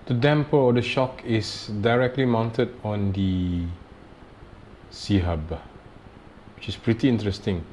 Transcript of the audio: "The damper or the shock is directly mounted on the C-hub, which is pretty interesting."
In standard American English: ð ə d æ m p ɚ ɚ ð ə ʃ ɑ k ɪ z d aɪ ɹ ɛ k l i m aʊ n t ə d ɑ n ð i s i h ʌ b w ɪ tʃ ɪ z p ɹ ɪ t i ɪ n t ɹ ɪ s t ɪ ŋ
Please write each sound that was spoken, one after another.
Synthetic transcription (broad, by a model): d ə d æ m p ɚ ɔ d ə ʃ ɑ k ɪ s d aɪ ɹ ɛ k l i m aʊ n t ə d ɑ n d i s i h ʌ b w ɪ tʃ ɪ s p ɹ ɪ t i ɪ n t ɹ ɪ s t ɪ ŋ